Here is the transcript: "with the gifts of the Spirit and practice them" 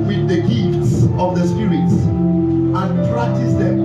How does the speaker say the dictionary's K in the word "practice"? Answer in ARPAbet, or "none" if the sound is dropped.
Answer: none